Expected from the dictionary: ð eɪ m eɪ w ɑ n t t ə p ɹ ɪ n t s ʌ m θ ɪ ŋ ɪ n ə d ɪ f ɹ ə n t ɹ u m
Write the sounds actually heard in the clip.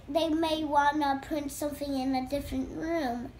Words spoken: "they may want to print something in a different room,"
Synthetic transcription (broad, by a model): ð eɪ m eɪ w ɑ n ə p ɹ ɪ n t s ʌ m θ ɪ ŋ ɪ n ə d ɪ f ɹ ə n t ɹ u m